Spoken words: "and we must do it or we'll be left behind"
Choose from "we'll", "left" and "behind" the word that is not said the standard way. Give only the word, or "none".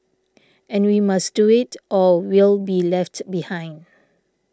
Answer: none